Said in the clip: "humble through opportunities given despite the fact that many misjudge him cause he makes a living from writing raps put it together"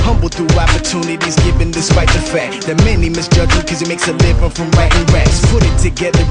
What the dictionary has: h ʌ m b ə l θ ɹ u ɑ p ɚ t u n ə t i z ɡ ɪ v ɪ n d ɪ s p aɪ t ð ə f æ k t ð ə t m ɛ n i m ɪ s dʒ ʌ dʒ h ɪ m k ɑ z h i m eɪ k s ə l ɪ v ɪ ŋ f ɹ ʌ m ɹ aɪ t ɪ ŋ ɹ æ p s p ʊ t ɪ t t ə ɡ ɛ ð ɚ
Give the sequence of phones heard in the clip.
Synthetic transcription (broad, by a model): h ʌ m b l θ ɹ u ɑ p ɚ t u n ə t i z ɡ ɪ v ɪ n d ɪ s p aɪ t ð ə f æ k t ð ə t m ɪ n i m ɪ s dʒ ʌ dʒ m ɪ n k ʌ z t m eɪ k s ə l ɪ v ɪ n f ɹ ʌ m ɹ aɪ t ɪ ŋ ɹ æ s p ʊ t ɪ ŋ t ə ɡ ɛ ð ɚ